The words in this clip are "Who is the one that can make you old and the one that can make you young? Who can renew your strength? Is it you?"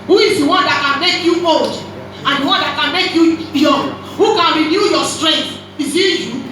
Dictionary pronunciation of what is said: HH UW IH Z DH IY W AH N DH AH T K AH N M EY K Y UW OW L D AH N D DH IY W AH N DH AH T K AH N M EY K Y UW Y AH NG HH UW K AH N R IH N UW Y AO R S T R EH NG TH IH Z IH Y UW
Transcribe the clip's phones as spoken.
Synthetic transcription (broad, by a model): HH UW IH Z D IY W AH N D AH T K AH N M EY K Y UW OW D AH N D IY W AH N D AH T K AH N M EY K Y UW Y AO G HH UW K AH N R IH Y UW Y AO S T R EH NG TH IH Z IH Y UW